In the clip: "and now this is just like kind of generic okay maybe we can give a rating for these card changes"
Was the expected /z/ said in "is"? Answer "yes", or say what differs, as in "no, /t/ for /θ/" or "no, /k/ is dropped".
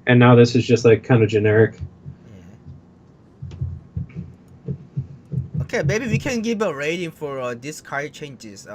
yes